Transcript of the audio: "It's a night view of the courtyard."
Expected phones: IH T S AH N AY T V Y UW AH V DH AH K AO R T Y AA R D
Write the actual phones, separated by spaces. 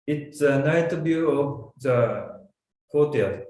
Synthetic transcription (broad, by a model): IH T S AH N AY T B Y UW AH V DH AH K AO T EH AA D